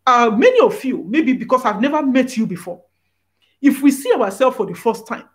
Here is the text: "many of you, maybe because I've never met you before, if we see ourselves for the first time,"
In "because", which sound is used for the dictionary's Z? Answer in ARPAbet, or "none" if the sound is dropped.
S